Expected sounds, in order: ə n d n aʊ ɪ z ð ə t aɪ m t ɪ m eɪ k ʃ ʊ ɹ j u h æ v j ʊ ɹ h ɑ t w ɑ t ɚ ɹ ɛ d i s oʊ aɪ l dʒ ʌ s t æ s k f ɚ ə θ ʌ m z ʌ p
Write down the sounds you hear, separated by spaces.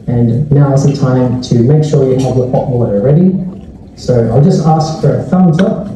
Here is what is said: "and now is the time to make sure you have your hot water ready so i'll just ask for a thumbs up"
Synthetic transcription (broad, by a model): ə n n aʊ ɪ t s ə t aɪ m t ɪ m eɪ k ʃ ʊ ɹ j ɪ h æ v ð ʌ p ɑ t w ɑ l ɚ ɹ ɛ d i s oʊ aɪ l dʒ ʌ s t æ s k f ɚ ə f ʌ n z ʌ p